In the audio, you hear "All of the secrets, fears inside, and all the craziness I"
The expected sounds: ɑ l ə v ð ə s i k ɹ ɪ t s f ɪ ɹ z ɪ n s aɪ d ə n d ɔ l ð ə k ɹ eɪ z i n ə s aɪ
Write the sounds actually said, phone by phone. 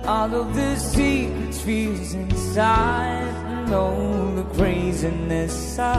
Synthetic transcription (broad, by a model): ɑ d ə v ð ə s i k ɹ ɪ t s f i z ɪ n s aɪ ə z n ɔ ð ə k ɹ eɪ z i n ə s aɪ